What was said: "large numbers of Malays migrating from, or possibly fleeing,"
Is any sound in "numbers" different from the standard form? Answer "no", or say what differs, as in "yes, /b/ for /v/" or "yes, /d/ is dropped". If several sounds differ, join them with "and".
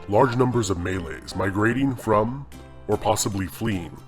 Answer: no